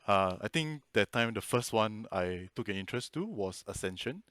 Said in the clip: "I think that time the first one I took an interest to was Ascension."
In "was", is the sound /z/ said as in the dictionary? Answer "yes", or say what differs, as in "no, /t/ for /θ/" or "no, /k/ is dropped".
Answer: no, /s/ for /z/